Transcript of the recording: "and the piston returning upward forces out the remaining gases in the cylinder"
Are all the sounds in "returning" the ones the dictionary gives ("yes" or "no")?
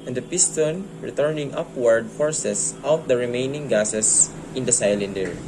yes